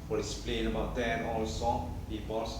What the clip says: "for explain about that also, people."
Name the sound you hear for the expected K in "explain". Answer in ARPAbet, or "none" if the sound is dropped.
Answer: none